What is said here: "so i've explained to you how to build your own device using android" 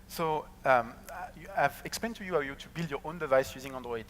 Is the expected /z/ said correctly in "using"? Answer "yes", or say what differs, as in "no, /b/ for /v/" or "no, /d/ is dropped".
yes